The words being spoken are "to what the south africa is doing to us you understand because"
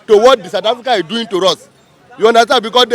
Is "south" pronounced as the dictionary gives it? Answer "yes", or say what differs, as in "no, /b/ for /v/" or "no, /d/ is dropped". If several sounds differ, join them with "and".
no, /t/ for /θ/